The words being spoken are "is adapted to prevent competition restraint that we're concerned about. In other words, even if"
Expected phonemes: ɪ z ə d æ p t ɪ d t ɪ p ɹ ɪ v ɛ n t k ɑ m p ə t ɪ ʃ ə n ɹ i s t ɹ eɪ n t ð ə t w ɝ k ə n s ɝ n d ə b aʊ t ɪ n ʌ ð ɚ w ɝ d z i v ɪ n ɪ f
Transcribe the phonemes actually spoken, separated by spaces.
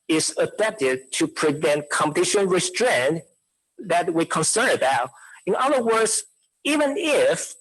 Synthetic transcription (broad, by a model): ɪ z ə d æ p t ɪ d t ɪ p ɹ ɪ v ɛ n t k ɑ m p ə t ɪ ʃ ə n ɹ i s t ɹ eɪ n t ð ə t w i k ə n s ɝ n ə b aʊ t ɪ n ʌ ð ɚ w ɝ d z i v ɪ n ɪ f